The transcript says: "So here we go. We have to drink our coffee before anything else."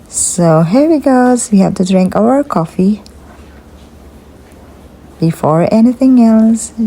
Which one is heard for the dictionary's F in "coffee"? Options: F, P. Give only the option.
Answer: F